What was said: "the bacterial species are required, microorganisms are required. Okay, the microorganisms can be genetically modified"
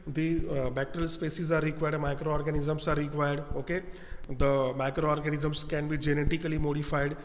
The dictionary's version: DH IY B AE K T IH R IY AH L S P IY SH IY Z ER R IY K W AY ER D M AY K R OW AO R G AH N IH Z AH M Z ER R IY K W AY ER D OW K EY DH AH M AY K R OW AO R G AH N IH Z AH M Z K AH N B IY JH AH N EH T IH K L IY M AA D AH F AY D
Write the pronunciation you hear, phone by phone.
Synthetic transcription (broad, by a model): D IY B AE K T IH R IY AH L S P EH S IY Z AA R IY K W AY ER D M AY K R OW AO R G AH N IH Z AH M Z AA R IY K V AY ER D OW K EY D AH M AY K R OW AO R G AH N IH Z AH M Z K AH N B IY JH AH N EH T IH K L IY M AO D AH F AY D